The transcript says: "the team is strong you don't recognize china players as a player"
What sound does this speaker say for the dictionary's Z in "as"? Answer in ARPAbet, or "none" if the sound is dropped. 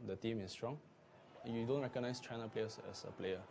S